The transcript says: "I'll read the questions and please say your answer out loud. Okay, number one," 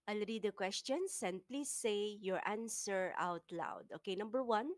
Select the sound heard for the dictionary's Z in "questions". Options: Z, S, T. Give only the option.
S